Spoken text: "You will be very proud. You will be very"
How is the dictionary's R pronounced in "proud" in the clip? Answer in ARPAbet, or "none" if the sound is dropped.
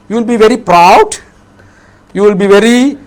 R